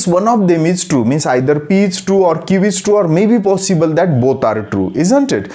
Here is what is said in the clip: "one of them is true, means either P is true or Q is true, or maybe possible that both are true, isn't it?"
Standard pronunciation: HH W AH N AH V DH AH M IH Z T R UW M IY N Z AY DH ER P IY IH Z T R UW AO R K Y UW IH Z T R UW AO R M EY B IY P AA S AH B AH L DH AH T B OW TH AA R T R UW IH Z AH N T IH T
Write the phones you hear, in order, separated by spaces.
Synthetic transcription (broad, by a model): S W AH N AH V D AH M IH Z T R UW M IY N S AY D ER P IY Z T R UW AO R K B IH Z T R UW AO R M EY B IY P AA S AH B AH L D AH T B OW T AA R T R UW IH Z AH N T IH T